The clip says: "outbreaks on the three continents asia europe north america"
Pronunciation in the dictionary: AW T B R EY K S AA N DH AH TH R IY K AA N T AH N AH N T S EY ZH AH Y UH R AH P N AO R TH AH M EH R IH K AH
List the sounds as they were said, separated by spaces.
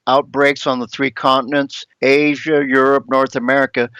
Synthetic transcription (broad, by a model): AW T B R EY K S N DH AH TH R IY K AA N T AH N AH N T S EY ZH AH Y UH R AH P N AO R TH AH M EH R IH K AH